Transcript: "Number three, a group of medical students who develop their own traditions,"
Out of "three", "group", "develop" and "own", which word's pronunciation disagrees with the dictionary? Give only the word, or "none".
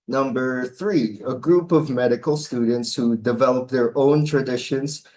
none